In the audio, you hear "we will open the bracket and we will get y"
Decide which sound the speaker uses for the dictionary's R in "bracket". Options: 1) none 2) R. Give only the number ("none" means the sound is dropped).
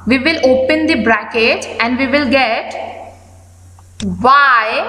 2